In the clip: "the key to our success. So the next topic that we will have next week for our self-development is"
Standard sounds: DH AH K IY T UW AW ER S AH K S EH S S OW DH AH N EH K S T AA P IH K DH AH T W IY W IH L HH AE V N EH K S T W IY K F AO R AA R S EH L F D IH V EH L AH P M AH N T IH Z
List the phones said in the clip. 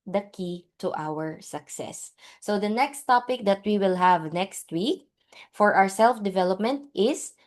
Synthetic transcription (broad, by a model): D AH K IY T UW AW ER S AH K S EH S S OW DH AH N EH K S T AA P IH K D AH T W IY W IH L HH AE V N EH K S T W IY K F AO R AA R S EH L F D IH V EH L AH P M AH N T IH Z